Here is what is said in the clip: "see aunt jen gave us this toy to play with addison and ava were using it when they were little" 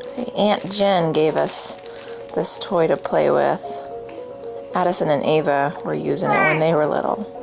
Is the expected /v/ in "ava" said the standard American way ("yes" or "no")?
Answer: yes